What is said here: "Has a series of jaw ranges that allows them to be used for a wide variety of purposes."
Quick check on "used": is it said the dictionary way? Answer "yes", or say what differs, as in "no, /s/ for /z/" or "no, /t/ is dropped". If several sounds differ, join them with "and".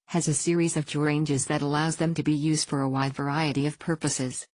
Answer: yes